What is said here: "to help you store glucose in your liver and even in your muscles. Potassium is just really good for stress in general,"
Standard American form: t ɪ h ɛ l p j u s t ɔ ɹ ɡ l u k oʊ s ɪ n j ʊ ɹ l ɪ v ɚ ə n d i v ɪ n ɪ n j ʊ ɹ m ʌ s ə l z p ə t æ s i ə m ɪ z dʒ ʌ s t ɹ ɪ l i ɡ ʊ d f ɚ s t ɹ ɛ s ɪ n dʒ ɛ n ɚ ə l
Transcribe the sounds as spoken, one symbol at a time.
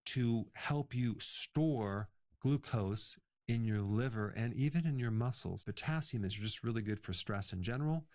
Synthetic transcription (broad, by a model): t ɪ h ɛ l p j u s t ɔ ɹ ɡ l u k oʊ s ɪ n j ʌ ɹ l ɪ v ɚ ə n i v ɪ n ɪ n j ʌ ɹ m ʌ s l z b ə t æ s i m ɪ z dʒ ʌ s t ɹ ɪ l i ɡ ʊ d f ɚ s t ɹ ɛ s ɪ n dʒ ɛ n ɚ l